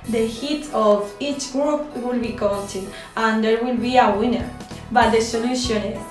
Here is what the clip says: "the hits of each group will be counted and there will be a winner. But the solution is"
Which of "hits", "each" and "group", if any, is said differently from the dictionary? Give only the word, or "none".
hits